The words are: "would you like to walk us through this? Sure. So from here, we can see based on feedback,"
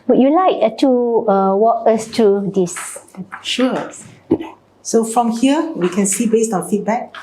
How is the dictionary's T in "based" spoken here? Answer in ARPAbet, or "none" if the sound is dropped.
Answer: T